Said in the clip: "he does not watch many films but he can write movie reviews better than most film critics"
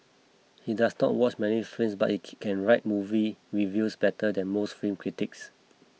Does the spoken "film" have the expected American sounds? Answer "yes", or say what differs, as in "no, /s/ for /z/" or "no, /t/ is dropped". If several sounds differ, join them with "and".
no, /l/ is dropped